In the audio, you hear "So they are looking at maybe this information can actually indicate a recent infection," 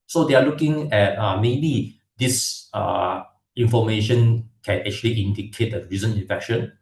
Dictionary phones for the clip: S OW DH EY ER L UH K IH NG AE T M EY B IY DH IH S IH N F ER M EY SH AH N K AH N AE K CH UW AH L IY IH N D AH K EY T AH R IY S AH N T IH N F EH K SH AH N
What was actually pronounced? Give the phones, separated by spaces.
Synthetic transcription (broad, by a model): S OW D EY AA L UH K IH NG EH T M EY B IY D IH S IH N F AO M EY SH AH N K AH N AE K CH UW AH L IY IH N D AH K EY T AH R IY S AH N IH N F EH K SH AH N